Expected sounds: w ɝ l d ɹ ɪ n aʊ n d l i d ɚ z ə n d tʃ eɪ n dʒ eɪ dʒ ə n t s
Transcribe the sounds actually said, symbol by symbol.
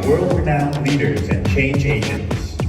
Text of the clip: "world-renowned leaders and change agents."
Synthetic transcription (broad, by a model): w ɝ l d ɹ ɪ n aʊ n l i d ɚ z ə n tʃ eɪ n dʒ eɪ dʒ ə n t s